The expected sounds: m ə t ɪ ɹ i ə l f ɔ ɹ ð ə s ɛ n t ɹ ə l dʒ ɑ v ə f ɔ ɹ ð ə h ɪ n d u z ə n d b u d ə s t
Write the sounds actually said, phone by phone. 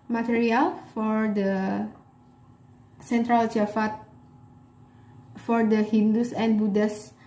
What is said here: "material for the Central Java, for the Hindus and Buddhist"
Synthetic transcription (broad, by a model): m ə t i ɹ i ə l f ɔ ɹ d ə s ɛ n t ɹ ə l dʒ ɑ f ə f ɔ ɹ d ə h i n d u s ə n b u d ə s